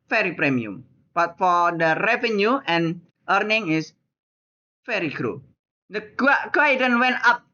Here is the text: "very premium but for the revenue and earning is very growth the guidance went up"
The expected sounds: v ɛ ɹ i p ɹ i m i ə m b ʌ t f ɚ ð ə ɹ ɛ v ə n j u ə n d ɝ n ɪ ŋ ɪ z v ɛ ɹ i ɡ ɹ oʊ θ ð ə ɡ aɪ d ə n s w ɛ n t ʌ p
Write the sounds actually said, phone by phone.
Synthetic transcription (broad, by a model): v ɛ ɹ i p ɹ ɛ m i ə m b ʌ t f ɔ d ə ɹ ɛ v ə n j u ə n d ɝ n ɪ ŋ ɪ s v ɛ ɹ i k ɹ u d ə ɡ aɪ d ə n w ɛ n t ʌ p